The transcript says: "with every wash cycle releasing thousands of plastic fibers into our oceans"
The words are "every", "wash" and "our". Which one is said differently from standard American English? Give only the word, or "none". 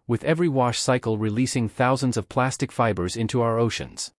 none